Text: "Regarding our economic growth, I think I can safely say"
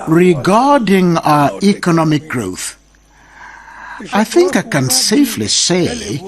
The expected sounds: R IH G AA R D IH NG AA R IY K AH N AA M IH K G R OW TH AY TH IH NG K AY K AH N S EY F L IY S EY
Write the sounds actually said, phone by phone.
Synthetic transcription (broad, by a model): R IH G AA R D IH NG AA IY K AH N AA M IH K G R OW TH AY TH IH NG K AY K AH N S EY F L IY S EY